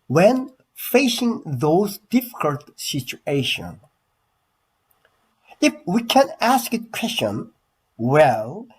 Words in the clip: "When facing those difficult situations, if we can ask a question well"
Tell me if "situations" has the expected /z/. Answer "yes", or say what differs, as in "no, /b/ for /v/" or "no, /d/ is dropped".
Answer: no, /z/ is dropped